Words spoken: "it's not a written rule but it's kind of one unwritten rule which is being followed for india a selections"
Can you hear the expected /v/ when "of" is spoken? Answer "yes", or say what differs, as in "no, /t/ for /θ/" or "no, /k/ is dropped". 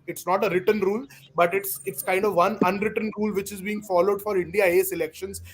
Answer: yes